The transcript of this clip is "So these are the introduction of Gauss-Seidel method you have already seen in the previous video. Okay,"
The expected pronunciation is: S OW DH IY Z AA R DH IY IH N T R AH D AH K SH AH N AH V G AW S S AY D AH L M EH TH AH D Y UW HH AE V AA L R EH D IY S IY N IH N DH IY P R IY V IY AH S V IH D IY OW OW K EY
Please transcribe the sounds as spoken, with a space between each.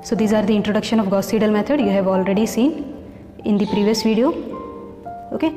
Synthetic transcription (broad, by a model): S OW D IY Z AA R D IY IH N T R AH D AH K SH AH N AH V G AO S S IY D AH L M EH T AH D Y UW HH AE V AA L R EH D IY S IY N IH N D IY P R IY V IY AH S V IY D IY OW OW K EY